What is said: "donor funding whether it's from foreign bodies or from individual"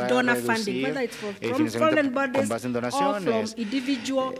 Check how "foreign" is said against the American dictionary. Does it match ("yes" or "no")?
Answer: no